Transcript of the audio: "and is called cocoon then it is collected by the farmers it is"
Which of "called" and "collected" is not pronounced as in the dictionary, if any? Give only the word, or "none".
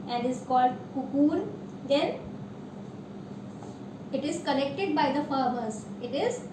collected